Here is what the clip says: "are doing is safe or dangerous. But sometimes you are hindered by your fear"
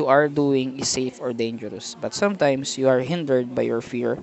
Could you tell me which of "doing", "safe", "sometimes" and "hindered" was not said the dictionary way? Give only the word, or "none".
sometimes